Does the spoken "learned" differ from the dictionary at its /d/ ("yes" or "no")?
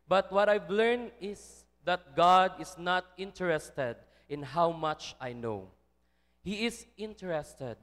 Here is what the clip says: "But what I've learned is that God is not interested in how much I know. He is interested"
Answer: yes